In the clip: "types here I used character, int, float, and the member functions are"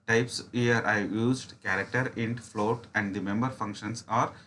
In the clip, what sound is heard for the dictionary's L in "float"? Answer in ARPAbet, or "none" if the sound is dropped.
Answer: L